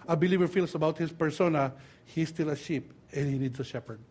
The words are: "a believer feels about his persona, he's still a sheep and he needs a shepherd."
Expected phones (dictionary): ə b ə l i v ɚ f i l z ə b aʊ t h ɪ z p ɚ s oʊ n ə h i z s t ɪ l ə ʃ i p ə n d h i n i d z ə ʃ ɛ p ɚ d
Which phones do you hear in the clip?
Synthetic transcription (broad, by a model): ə b ə l i v ɚ f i l s ə b aʊ t h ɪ s p ɚ s oʊ n ə h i s t ɪ l ə ʃ i p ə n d h i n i d s ə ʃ ɛ p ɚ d